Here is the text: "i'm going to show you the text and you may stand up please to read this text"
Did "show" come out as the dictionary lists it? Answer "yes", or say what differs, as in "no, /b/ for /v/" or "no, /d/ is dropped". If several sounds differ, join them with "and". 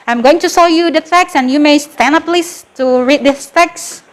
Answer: no, /s/ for /ʃ/